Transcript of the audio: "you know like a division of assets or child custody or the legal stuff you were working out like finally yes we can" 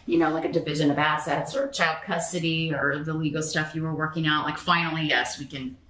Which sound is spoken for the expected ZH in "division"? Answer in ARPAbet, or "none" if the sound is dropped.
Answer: ZH